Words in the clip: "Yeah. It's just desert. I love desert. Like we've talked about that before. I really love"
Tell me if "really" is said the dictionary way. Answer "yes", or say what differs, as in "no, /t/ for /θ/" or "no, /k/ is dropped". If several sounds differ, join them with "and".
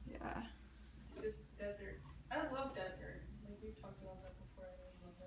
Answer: no, /l/ is dropped